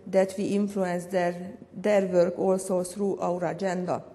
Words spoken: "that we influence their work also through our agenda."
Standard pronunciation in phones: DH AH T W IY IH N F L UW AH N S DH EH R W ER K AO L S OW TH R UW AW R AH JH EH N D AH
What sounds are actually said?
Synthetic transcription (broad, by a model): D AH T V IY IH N F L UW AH N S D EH R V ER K AO L S OW S R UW AW R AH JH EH N D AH